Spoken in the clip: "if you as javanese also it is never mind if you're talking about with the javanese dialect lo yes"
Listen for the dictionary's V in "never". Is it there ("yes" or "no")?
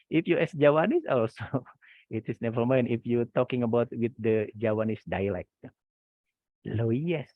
no